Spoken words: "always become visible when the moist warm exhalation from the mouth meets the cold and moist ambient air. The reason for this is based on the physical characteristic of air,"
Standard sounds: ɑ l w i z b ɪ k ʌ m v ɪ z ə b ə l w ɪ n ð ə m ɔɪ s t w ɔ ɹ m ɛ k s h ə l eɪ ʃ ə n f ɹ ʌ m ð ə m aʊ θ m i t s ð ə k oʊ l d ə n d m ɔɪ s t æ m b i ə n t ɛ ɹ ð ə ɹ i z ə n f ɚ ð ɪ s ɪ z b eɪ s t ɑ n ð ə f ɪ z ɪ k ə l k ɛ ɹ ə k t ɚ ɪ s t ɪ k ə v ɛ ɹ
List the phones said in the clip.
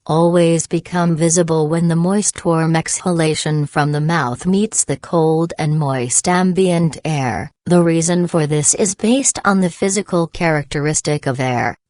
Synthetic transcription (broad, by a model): ɑ l w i z b ɪ k ʌ m v ɪ z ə b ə l w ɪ n ð ə m ɔɪ s t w ɔ ɹ m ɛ k s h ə l eɪ ʃ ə n f ɹ ʌ m ð ə m aʊ θ m i t s ð ə k oʊ l d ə n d m ɔɪ s t æ m b i ə n t ɛ ɹ ð ə ɹ i z ə n f ɚ ð ɪ s ɪ z b eɪ s t n ð ə f ɪ z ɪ k l k ɛ ɹ ə k t ɚ ɪ s t ɪ k ə v ɛ ɹ